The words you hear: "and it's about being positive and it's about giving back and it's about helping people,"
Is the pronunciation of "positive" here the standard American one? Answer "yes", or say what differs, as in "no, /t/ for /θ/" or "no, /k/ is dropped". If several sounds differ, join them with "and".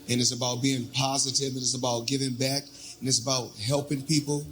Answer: yes